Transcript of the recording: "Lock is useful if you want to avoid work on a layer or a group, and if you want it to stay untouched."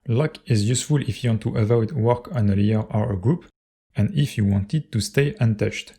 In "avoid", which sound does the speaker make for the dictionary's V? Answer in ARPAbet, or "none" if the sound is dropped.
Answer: W